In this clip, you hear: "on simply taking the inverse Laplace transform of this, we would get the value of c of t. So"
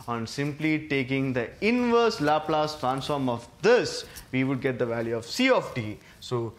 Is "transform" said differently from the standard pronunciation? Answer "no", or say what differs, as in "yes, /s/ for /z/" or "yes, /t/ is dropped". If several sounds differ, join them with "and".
no